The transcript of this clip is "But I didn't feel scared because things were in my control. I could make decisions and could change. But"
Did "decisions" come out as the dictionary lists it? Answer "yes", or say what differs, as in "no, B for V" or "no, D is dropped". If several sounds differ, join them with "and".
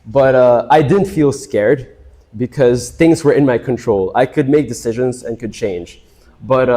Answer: yes